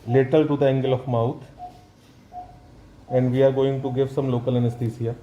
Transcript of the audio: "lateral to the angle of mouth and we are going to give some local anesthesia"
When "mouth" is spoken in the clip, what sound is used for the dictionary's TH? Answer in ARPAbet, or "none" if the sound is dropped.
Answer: T